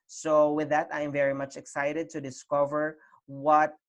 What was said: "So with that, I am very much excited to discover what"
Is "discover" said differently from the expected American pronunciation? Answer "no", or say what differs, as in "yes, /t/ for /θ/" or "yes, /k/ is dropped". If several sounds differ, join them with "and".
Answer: no